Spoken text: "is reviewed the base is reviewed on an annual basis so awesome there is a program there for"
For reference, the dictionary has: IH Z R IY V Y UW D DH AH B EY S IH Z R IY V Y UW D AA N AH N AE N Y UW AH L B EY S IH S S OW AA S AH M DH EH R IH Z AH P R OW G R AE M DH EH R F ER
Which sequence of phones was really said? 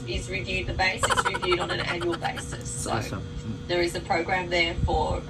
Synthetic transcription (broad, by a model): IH Z R IY V Y UW D DH AH B EY S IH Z R IY V Y UW D N AH N AE N Y UW AH L B EY S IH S S OW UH AH DH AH R IH Z AH P R OW G R AE M DH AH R F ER